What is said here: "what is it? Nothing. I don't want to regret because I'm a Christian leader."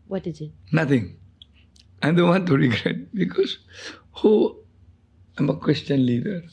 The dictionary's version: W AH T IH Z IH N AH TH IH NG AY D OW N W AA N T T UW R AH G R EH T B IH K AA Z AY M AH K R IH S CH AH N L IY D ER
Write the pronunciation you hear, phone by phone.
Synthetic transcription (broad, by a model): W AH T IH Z IH N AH T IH NG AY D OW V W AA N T T UW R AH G R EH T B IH K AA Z AY M AH K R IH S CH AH N L IY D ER